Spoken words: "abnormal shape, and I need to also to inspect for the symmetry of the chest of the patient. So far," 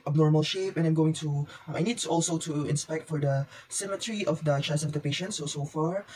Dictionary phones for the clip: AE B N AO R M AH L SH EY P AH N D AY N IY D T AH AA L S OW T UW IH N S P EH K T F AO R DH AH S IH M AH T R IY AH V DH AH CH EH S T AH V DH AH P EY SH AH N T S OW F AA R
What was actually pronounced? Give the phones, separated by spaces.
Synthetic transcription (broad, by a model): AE B N AO R M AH L SH EY P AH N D AY N IY D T AA L S OW T UW IH N S P EH K T F AO R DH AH S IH M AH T R IY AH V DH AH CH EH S AH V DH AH P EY SH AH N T S OW F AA R